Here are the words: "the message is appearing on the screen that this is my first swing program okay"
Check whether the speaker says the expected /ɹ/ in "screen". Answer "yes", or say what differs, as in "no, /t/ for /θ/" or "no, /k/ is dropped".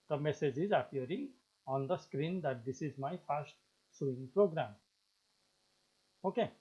yes